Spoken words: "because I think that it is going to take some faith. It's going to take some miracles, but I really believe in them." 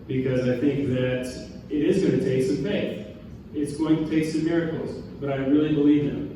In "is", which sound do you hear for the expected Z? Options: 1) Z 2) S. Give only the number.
1